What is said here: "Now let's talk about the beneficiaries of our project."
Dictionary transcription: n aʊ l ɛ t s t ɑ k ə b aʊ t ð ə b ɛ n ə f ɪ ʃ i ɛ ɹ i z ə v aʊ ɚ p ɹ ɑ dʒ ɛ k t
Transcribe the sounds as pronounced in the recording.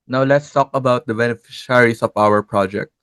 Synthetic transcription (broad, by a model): n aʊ l ɛ t s t ɑ k ə b aʊ t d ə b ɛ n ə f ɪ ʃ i ɹ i s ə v aʊ ɚ p ɹ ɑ dʒ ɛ k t